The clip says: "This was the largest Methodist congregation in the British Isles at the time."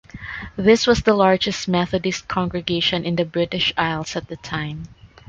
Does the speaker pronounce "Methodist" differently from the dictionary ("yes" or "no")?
no